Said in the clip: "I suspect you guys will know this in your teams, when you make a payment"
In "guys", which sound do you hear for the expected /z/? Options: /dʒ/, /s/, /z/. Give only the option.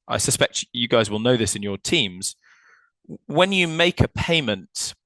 /z/